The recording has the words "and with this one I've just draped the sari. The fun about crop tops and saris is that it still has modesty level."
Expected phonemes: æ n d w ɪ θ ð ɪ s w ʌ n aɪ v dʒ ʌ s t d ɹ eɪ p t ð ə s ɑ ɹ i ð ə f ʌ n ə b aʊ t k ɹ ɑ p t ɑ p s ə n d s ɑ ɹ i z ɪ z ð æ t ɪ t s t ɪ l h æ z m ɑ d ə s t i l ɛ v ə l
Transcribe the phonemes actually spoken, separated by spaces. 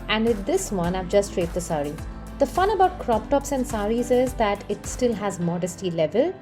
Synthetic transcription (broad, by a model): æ n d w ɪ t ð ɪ s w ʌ n aɪ v dʒ ʌ s t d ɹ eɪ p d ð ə s ɑ ɹ i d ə f ʌ n ə b aʊ t k ɹ ɑ p t ɑ p s ə n d s ɑ ɹ i z ɪ z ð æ t ɪ t s t ɪ l h æ z m ɑ d ə s t i l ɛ v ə l